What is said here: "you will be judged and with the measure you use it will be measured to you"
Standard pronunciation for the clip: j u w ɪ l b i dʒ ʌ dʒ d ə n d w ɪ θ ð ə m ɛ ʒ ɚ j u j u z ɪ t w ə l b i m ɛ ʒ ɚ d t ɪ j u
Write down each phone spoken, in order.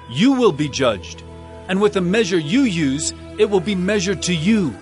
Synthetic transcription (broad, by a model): j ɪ w ɪ l b i dʒ ʌ dʒ d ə n w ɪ ð ə m ɛ ʒ ɚ j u j u z ɪ t w ə l b i m ɛ ʒ ɚ d t ɪ j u